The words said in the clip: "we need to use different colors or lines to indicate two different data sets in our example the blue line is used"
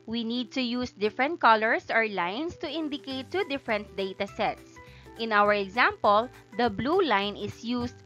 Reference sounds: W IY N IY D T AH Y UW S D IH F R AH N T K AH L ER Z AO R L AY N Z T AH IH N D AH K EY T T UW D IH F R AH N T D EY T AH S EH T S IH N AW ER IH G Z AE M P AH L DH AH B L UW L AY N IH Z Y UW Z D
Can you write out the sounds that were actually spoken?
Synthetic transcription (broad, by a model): W IY N IY D T AH Y UW S D IH F R AH N T K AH L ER S AO R L AY N S T AH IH N D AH K EY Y T UW D IH F R AH N T D EY T AH S EH T S IH N AW ER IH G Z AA M P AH L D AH B L UW L AY N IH S Y UW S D